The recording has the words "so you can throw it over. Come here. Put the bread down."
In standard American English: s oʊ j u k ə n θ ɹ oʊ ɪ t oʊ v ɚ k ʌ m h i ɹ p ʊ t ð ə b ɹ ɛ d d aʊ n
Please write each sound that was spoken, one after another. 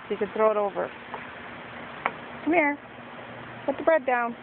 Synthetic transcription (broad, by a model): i k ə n θ ɹ oʊ ɪ t oʊ v ɚ k ʌ m h i ɹ p ʊ t ð ə b ɹ ɛ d d aʊ n